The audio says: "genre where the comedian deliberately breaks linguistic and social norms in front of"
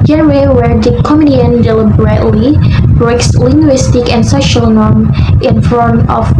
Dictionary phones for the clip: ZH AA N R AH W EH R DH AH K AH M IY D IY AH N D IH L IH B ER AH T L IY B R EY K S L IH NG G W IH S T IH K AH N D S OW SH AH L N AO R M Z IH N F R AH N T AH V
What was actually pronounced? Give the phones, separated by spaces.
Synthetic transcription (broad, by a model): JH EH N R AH W EH R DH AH K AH M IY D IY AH N D IH L IH B ER AH T L IY B R EY K S L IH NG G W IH S T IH K AH N D S OW SH AH L N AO R M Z IH N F AH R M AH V